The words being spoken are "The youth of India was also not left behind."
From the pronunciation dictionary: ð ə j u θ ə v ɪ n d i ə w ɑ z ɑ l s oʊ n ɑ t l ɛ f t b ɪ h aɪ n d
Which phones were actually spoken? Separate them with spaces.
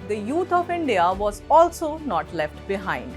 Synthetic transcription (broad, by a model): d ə j u t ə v ɪ n d i ə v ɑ z ɑ l s oʊ n ɑ t l ɛ f t b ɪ h aɪ n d